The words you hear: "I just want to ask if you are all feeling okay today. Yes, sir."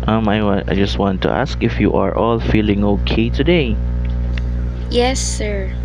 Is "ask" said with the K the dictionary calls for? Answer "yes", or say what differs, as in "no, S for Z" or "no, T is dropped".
yes